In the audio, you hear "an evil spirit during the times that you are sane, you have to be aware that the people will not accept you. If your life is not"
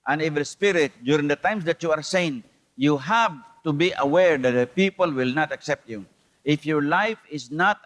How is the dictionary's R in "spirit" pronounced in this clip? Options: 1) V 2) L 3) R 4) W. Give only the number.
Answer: 3